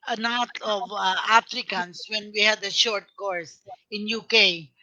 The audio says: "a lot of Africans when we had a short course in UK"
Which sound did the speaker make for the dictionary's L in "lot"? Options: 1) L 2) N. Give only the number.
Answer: 2